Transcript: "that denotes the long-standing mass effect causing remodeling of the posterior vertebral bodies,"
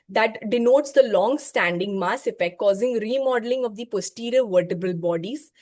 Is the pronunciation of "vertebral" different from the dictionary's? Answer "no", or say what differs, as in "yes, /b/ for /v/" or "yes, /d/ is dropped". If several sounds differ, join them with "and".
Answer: yes, /ɹ/ is dropped